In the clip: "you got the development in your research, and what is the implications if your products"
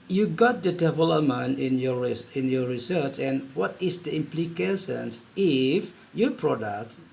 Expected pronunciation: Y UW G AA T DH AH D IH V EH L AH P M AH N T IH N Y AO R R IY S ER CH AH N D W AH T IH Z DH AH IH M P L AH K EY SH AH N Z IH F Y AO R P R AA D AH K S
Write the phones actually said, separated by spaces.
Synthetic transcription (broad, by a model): Y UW G AA T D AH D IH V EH L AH M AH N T IH N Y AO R R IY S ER CH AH N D W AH T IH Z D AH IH M P L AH K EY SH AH N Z IH F Y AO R P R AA D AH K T